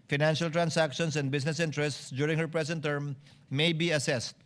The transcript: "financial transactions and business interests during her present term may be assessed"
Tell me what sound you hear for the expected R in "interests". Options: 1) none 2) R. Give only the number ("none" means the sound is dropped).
2